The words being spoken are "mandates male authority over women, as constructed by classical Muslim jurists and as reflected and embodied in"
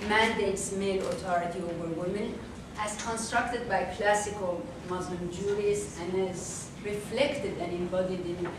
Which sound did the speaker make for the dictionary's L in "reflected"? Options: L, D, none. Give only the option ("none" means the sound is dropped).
L